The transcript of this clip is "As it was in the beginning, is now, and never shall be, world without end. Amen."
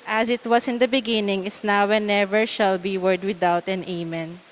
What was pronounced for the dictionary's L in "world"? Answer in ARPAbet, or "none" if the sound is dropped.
none